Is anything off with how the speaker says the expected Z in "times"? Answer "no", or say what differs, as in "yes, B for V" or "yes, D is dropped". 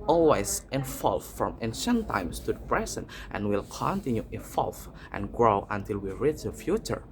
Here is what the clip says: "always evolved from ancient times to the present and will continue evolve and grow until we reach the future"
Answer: yes, S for Z